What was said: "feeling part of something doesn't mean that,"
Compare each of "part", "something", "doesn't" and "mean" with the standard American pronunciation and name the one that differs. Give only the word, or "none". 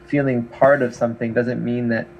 none